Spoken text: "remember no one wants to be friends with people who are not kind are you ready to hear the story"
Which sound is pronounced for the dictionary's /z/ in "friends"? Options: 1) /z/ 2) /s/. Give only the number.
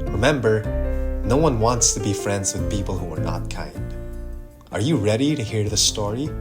1